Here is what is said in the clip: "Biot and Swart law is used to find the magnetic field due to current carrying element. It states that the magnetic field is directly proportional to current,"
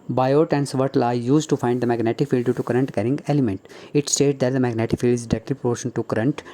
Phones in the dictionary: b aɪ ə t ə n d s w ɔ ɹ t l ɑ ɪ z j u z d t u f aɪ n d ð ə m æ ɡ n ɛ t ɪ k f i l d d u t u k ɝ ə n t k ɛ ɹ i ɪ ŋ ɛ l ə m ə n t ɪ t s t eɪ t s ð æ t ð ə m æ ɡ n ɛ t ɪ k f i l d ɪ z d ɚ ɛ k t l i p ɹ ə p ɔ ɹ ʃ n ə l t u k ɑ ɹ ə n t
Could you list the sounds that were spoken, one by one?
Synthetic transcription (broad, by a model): b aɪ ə t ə n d s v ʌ ɹ t l ɑ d j u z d t u f aɪ n d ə m æ ɡ n ɛ t ɪ k f i l d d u t u k ɝ ə n t k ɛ ɹ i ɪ ŋ ɛ l ə m ə n t ɪ t s t eɪ t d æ t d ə m æ ɡ n ɛ t ɪ k f i l d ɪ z d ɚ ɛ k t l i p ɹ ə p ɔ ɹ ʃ ə n t u k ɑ ɹ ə n t